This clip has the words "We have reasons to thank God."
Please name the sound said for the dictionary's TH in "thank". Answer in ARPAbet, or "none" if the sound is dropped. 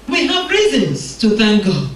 TH